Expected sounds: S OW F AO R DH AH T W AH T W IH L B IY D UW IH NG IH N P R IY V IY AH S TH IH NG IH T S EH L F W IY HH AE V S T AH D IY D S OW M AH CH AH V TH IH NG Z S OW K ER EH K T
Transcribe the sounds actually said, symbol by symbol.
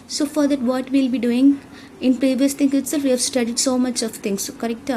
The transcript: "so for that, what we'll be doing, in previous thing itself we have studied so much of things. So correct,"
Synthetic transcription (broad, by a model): S OW F AO R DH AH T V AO T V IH L B IY D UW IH NG IH N P R IY V IY AH S T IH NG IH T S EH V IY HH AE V S T AH D IY D S OW M AH CH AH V T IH NG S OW K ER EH K T